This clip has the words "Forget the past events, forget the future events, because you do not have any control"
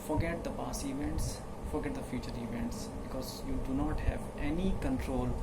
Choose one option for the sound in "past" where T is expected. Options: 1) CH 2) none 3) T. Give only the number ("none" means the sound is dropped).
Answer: 2